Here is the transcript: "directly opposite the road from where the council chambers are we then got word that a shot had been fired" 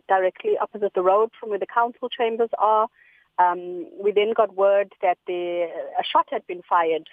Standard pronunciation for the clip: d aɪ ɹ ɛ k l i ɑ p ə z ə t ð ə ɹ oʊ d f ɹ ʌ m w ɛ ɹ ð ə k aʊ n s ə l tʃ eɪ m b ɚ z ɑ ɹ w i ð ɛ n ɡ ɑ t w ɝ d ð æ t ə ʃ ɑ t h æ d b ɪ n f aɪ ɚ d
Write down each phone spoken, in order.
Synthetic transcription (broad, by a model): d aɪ ɹ ɛ k l i ɑ p ə z ə t ð ə ɹ oʊ d f ɹ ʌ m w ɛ ð ə k aʊ n s ə l tʃ eɪ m b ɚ z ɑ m w i ð ɛ n ɡ ɑ t w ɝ d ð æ t ə ʃ ɑ t h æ d b ɪ n f aɪ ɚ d